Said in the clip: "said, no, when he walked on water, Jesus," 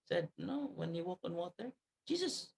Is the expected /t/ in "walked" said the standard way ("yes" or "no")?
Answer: no